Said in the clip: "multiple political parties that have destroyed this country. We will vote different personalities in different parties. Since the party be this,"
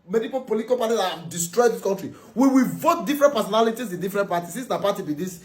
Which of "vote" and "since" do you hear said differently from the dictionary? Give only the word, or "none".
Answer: since